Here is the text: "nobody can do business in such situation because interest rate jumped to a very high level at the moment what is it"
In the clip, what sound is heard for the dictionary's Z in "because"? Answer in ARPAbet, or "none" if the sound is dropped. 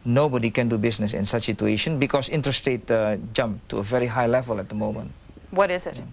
S